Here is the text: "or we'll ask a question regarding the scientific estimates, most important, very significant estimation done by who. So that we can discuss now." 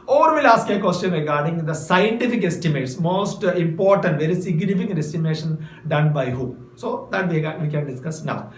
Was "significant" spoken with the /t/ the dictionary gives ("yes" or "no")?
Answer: no